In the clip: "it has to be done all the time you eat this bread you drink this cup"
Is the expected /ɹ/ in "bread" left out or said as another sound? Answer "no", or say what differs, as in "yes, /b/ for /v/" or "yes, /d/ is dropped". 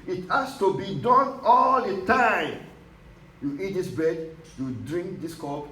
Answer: yes, /ɹ/ is dropped